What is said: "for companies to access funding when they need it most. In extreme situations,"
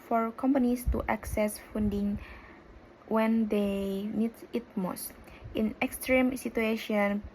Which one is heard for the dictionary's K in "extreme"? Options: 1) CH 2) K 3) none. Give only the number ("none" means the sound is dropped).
2